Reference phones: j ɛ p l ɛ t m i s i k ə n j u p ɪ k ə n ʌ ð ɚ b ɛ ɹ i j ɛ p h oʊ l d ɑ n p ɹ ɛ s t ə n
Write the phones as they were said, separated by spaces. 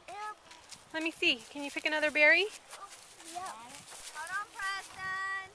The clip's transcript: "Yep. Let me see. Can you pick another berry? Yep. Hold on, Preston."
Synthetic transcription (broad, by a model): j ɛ l ɛ t m i s i k ə n j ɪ p ɪ k ə n ʌ ð ɚ b ɛ ɹ i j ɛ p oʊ d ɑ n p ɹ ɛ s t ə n